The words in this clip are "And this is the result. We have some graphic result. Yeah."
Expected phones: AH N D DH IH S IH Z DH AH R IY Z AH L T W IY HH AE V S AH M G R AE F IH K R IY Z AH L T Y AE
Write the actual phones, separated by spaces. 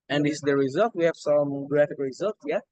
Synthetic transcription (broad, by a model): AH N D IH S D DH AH R IY Z AH L T W IY HH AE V S AH M G R AE F IH K R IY Z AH L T Y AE